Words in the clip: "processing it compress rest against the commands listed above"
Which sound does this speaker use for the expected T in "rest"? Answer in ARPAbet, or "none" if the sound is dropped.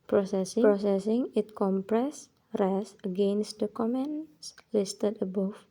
none